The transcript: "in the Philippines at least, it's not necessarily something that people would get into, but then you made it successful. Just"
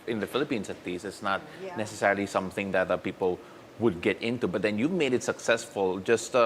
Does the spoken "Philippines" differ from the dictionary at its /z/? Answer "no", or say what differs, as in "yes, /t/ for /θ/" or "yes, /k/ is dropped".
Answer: yes, /s/ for /z/